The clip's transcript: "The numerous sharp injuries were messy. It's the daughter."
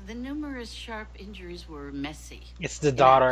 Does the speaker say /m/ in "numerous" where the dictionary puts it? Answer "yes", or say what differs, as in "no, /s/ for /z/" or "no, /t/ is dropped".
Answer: yes